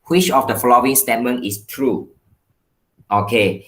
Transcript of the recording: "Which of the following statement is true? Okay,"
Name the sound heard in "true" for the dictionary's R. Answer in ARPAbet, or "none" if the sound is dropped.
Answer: R